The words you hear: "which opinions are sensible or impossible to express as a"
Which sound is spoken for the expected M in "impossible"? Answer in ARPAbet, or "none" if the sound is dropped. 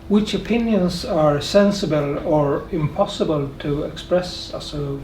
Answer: M